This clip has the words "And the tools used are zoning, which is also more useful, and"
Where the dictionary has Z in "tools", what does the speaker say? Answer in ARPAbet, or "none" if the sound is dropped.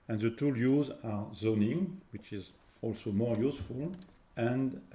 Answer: none